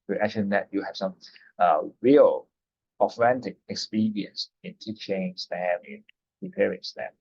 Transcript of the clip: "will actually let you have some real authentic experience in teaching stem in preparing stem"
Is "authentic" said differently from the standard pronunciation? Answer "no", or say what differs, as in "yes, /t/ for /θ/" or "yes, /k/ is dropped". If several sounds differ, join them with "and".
yes, /f/ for /θ/